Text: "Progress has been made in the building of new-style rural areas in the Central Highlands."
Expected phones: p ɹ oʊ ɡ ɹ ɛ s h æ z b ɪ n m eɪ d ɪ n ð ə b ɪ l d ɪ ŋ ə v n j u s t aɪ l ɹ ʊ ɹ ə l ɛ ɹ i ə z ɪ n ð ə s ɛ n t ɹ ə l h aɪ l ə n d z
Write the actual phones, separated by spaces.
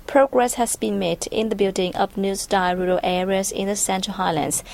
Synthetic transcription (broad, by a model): p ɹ oʊ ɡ ɹ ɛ s h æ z b ɪ n m eɪ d ɪ n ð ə b ɪ l d ɪ ŋ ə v n j u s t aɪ ɹ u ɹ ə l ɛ ɹ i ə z ɪ n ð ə s ɛ n t ɹ ə l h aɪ l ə n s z